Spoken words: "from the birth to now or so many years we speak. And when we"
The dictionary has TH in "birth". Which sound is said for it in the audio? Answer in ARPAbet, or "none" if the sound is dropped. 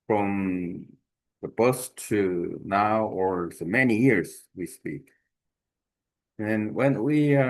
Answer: S